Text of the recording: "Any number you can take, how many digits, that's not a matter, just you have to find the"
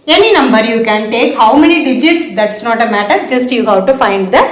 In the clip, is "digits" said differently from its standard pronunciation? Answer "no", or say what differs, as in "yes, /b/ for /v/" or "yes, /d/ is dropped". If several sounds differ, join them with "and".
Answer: no